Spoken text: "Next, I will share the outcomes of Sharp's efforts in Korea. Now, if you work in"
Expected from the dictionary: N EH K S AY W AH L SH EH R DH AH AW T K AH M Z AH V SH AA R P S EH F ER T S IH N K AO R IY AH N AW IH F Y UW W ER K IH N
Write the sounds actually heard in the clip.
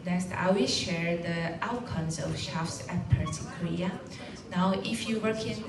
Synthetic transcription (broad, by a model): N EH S AY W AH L SH EH R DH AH AW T K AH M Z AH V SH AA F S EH P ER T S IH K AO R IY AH N AW IH F Y UW W ER K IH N